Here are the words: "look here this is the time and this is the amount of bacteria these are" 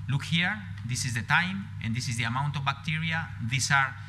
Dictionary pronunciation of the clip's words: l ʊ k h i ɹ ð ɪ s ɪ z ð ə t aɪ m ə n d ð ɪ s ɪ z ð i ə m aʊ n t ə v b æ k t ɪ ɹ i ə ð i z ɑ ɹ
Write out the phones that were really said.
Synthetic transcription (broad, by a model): l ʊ k h i ɹ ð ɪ s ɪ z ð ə t aɪ m ə n d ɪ s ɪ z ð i ə m aʊ n t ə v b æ k t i ɹ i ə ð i s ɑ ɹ